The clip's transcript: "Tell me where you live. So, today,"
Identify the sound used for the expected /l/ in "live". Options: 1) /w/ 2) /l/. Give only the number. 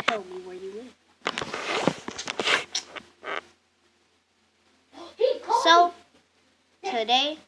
1